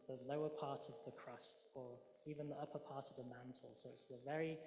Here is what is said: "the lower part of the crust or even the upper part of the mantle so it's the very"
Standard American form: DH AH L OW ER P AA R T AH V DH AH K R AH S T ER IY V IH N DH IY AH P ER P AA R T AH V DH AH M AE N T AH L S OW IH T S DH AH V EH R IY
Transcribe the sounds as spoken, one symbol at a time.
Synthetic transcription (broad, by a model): DH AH L OW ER P AA T AH V DH AH K R AH S T ER IY V IH N DH IY AH P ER P AA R T AH V DH AH M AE N T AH L S OW IH T S DH AH V EH R IY